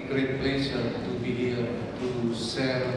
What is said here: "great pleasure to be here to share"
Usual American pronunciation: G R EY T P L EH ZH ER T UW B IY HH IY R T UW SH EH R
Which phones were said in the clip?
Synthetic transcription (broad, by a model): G R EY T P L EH S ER T UW B IY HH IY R T UW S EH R